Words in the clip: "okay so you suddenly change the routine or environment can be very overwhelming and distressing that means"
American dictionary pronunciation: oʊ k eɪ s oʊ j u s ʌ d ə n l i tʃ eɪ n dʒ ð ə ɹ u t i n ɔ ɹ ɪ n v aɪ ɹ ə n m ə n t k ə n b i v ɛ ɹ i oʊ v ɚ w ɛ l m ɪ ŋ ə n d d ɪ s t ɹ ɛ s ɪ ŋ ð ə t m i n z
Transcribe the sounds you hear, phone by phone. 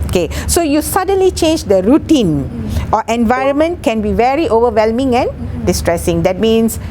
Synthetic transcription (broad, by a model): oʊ k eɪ s oʊ j u s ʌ d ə n l i tʃ eɪ n dʒ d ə ɹ u t i n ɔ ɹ ɪ n v aɪ ɹ ə n m ə n t k ə n b i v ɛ ɹ i oʊ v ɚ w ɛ l m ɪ ŋ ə n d d ɪ s t ɹ ɛ s ɪ ŋ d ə t m i n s